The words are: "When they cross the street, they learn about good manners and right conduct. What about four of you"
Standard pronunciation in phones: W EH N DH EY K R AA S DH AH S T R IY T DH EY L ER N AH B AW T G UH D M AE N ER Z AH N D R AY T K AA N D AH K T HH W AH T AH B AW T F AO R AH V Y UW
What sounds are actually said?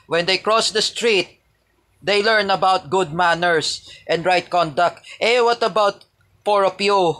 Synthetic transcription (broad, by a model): W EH N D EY K R AA S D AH S T R IY T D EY L ER N AH B AW T G UH D M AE N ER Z AH N D R AY T K AA N D AH K T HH W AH T AH B AW T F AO R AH P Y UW